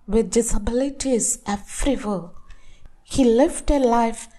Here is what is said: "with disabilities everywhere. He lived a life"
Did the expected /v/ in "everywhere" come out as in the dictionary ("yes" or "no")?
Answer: no